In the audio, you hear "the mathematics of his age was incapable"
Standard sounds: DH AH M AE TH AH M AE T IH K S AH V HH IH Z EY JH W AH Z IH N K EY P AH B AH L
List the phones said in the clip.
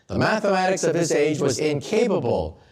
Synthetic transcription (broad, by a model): DH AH M AE TH AH M AE T IH K S AH V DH IH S EY JH W AH Z IH N K EY P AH B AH L